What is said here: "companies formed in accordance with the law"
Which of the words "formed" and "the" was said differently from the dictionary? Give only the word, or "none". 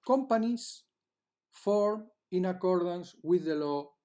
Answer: formed